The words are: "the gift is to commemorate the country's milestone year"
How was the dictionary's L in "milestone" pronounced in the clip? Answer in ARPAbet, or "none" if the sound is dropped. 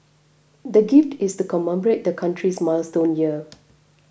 L